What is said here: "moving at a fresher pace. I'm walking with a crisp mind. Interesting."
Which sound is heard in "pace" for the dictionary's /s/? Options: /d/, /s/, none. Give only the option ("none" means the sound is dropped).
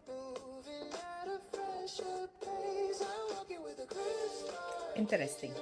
none